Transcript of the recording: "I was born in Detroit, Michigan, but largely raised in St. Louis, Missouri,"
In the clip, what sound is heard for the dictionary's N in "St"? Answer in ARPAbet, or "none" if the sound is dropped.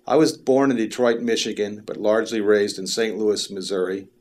N